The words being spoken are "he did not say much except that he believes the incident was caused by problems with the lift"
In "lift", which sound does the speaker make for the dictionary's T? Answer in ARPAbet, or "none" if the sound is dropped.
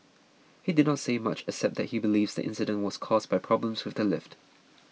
T